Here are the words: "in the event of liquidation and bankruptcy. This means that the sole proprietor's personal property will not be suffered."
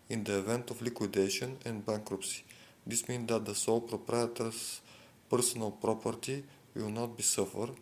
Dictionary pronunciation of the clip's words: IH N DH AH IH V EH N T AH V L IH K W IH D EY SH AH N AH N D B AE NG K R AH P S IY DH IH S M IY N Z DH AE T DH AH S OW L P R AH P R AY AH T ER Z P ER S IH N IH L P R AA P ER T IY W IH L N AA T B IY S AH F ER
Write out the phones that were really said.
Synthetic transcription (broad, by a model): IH N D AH IH V EH N T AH F L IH K W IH D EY SH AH N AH N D B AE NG K R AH P S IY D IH S M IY N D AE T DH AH S OW L P R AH P R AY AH T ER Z P ER S IH N IH L P R AA P ER T IY W IH L N AA T B IY S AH F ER